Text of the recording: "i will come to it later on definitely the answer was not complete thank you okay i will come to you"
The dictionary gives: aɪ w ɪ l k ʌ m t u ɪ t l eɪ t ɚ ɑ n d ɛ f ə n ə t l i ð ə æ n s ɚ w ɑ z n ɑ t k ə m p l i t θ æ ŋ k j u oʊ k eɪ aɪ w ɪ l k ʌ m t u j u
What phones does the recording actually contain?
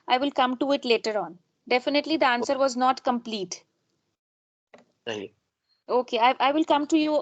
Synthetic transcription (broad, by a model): aɪ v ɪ l k ʌ m t u ɪ t l eɪ t ɚ ɑ n d ɛ f ə n ə t l i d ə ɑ n s ɚ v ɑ z n ɑ t k ə m p l i t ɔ k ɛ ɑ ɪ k aɪ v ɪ l k ʌ m t u j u